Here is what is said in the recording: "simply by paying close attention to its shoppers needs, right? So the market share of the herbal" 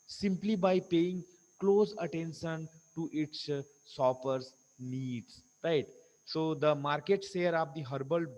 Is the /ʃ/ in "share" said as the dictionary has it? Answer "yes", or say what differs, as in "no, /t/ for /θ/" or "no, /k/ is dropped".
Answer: no, /s/ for /ʃ/